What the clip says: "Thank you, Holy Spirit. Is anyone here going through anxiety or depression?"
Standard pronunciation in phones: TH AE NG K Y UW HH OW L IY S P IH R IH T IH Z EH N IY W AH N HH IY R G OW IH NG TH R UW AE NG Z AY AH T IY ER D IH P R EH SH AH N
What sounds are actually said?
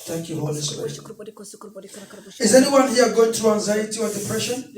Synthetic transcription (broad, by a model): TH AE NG K Y UW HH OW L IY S IH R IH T IH Z EH N IY W AH N HH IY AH G OW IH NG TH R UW AE NG Z AY AH T IY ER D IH P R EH SH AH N